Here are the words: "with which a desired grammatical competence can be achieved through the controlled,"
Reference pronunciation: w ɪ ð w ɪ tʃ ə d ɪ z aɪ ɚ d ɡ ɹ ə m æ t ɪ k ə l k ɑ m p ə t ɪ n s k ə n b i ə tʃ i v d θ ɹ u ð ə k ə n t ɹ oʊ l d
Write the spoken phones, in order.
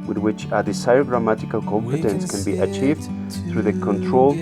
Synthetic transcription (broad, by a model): w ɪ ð w ɪ tʃ ə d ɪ s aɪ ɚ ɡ ɹ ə m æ t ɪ k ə l k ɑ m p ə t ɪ n s k ə n b i ə tʃ i v d θ ɹ u ð ə k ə n t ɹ oʊ l